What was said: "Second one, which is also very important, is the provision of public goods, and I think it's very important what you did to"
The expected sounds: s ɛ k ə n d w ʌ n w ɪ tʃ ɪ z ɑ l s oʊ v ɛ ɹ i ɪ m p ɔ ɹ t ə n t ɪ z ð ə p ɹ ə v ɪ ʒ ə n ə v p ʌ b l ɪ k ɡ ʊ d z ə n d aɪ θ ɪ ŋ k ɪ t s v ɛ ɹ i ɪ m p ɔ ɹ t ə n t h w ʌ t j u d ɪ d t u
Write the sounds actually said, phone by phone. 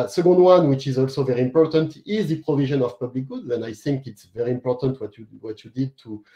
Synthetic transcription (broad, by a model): s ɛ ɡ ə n d w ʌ n w ɪ tʃ ɪ z ɑ l s oʊ v ɛ ɹ i ɪ m p ɔ ɹ t ə n t ɪ z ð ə p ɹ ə v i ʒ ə n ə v p ʌ b l ɪ k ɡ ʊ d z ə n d aɪ θ ɪ ŋ k ɪ t s v ɛ ɹ i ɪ m p ɔ ɹ t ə n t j w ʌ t j u d ɪ d t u